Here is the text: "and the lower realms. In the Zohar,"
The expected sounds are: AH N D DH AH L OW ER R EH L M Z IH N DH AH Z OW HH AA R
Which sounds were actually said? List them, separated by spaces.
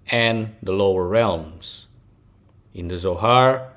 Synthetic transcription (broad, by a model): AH N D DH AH L OW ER R EH L M Z IH N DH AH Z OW HH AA R